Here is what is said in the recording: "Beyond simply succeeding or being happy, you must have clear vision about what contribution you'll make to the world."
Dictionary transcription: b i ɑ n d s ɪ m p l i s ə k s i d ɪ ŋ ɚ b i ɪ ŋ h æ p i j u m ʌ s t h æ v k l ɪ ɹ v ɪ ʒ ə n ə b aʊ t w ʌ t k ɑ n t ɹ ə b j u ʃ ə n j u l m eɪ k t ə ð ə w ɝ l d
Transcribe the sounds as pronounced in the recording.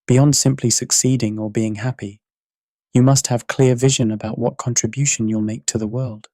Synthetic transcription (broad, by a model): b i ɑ n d s ɪ m p l i s ə k s i d ɪ ŋ ɚ b i ɪ ŋ h æ p i j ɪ m ʌ s t h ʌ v k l ɪ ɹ v ɪ ʒ ə n ə b aʊ t w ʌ t k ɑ n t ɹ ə b j u ʃ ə n j u l m eɪ k t ə ð ə w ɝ l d